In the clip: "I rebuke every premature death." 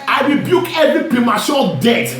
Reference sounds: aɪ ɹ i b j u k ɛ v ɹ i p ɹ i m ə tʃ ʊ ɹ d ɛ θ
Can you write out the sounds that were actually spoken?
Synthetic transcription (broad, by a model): aɪ ɹ i b j u k ɛ v ɹ i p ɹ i m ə ʃ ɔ d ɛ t